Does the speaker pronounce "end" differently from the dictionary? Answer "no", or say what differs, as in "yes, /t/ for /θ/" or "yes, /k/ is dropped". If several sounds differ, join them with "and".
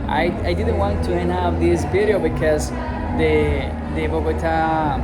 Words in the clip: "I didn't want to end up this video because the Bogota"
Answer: yes, /d/ is dropped